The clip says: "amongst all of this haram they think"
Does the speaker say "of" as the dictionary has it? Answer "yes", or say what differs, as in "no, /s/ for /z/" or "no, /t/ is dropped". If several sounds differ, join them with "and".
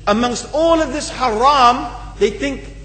yes